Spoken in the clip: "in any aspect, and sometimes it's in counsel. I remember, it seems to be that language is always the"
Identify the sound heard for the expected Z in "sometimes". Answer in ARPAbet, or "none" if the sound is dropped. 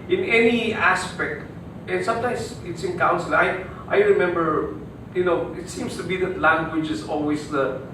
S